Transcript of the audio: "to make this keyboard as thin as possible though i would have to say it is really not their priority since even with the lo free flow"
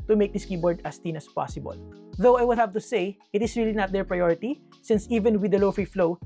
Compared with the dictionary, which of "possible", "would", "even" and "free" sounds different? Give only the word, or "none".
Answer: none